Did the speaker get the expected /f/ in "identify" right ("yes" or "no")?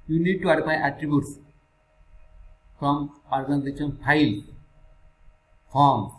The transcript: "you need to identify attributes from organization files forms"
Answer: no